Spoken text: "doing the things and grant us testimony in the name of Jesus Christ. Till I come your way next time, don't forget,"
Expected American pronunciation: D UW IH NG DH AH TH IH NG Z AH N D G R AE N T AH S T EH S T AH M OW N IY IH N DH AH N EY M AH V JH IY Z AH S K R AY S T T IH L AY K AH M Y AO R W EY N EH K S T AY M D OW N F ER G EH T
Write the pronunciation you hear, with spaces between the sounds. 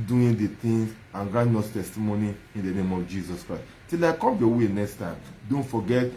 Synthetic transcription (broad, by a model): D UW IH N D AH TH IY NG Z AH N G R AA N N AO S T EH S T AH M OW N IY IH N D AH N EY M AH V JH IY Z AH S K R AY S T T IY L AY K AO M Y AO W EY N EH K S T AY M D OW N F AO G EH T